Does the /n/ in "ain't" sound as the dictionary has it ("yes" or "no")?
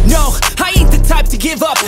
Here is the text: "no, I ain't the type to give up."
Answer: no